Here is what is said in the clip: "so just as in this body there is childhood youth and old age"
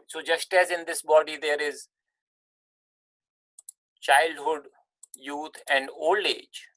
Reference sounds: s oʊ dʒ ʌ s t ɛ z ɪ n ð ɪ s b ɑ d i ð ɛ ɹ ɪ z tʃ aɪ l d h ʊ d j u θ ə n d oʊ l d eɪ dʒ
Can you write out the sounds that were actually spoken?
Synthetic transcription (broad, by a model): s oʊ dʒ ʌ s t ɛ z ɪ n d ɪ s b ɑ d i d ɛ ɹ ɪ z tʃ aɪ l d h ʊ d j u t ə n d oʊ l d eɪ dʒ